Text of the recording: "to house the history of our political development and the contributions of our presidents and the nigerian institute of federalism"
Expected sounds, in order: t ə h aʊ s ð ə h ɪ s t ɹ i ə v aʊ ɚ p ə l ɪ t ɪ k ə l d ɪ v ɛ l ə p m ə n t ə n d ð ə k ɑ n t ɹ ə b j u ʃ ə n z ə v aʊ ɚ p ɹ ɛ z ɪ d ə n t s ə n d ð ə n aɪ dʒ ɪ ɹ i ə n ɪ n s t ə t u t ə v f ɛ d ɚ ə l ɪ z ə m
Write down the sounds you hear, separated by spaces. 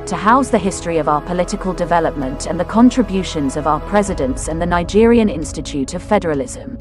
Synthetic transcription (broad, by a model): t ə h aʊ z ð ə h ɪ s t ɹ i ə v aʊ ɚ p ə l ɪ t ɪ k ə l d ɪ v ɛ l ə p m ə n t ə n ð ə k ɑ n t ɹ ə b j u ʃ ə n z ə v aʊ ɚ p ɹ ɛ z ɪ d ə n t s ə n ð ə n aɪ dʒ ɪ ɹ i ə n ɪ n s t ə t u t ə v f ɛ d ɚ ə l ɪ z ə m